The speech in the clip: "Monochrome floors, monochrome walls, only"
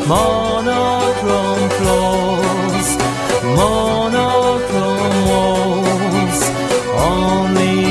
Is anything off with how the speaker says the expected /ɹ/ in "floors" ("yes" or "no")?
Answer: yes